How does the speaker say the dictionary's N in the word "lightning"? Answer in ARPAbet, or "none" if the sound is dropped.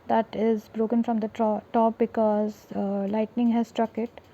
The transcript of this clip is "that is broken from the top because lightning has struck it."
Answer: N